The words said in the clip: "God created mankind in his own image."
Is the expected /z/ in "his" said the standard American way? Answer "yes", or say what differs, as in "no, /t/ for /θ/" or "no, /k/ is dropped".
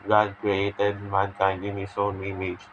no, /s/ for /z/